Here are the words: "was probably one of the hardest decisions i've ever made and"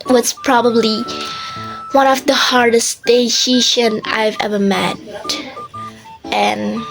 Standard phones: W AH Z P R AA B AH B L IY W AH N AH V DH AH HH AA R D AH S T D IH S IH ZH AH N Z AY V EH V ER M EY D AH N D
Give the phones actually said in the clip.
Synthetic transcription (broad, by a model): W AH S P R AA B AH B L IY W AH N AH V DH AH HH AA R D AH S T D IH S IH SH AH N AY V EH V ER M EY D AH N